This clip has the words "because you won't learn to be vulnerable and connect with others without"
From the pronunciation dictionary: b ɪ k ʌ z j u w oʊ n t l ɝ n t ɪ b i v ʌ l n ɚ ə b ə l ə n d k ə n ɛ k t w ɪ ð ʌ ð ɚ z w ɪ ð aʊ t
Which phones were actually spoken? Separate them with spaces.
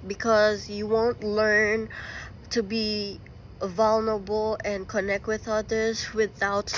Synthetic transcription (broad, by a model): b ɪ k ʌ z j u w oʊ n t l ɝ n t ɪ b i v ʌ l n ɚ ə b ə l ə n k ə n ɛ k t w ɪ ð ʌ ð ɚ z w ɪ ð aʊ t